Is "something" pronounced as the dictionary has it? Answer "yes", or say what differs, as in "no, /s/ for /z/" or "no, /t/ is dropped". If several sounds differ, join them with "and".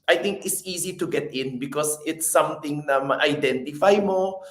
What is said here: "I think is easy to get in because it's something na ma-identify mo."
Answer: no, /t/ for /θ/